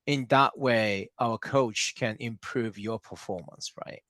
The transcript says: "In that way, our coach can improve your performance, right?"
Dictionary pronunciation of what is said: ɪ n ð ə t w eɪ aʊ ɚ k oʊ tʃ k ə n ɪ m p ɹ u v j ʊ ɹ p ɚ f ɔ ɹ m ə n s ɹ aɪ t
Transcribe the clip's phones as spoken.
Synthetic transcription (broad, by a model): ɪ n ð ə t w eɪ aʊ ɚ k oʊ tʃ k ə n ɪ m p ɹ u v j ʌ ɹ p ɚ f ɔ ɹ m ə n s ɹ aɪ t